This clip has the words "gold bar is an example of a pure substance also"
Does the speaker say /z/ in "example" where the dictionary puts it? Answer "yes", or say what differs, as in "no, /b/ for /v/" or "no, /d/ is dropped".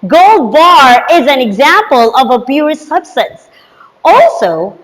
yes